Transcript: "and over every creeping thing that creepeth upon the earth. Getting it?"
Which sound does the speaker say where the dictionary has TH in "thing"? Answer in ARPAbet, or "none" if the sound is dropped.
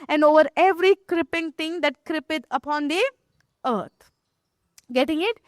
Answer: T